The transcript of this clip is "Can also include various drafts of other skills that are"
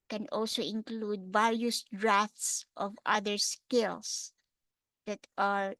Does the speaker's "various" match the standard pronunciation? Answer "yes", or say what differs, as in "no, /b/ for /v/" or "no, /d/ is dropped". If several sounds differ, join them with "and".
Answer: no, /l/ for /ɹ/